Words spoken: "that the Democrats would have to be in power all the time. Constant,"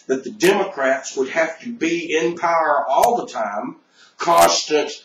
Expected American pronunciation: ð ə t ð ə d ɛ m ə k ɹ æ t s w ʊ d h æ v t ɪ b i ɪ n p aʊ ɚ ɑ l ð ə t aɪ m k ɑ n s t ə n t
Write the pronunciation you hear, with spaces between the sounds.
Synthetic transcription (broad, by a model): ð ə t ð ə d ɛ m ə k ɹ æ t s w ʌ d h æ f t ɪ b i ɪ n p aʊ ɚ ɑ l ð ə t aɪ m k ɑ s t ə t